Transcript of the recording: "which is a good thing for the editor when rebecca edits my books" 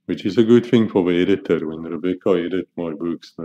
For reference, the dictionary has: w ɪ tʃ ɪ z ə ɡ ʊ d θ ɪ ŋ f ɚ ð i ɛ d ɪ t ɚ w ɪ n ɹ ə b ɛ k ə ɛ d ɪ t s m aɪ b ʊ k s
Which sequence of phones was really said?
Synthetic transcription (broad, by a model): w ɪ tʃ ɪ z ə ɡ ʊ d θ ɪ ŋ f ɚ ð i ɛ d ɪ t ɚ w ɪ n ɹ ə b ɛ k ə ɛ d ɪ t m aɪ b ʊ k s